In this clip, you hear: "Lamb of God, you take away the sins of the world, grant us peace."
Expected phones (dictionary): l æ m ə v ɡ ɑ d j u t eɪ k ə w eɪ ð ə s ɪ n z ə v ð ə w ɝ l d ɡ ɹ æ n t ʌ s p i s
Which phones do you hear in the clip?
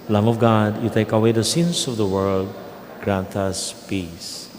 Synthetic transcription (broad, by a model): l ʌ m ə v ɡ ɑ d j u t eɪ k ə w eɪ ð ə s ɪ n s ə v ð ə w ɝ l d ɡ ɹ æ n t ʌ s p i s